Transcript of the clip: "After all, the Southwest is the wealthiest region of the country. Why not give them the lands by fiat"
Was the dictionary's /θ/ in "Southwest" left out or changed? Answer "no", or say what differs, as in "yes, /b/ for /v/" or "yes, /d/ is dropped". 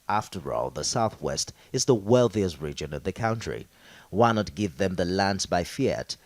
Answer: no